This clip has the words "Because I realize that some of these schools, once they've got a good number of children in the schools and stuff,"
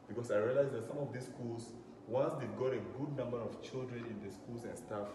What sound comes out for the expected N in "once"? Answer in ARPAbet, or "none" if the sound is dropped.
N